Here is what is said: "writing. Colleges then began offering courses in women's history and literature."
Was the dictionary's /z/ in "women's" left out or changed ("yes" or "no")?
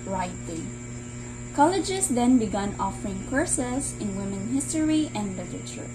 yes